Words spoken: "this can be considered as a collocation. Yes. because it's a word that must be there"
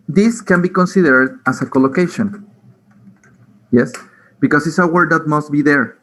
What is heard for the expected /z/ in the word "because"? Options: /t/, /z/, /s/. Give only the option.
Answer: /s/